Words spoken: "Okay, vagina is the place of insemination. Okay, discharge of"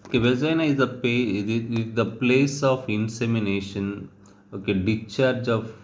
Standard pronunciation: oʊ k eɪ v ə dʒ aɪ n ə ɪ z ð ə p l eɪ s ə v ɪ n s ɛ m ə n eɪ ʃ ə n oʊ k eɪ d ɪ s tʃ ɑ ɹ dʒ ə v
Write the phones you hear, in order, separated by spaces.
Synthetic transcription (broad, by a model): oʊ k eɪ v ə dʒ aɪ n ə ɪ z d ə p l eɪ s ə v ɪ n s ɛ m ə n eɪ ʃ ə n oʊ k eɪ d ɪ tʃ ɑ ɹ dʒ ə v